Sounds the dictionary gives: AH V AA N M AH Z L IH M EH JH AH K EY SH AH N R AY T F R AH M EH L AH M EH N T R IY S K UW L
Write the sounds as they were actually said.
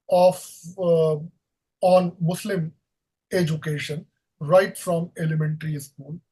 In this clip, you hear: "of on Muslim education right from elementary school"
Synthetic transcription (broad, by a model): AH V AA N M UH S L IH M EH JH AH K EY SH AH N R AY T F R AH M EH L AH M EH N T R IY S K UW L